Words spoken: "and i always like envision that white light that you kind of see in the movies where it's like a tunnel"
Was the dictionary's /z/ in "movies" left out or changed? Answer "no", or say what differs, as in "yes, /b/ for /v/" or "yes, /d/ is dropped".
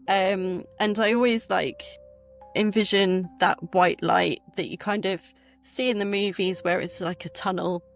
no